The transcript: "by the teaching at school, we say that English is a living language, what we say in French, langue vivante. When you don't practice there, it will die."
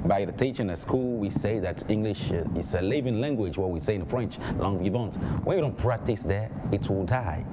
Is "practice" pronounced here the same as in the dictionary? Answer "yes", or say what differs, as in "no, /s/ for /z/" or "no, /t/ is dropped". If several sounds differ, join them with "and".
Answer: yes